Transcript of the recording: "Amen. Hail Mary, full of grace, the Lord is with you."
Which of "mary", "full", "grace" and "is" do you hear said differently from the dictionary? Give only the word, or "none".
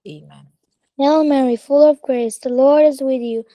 none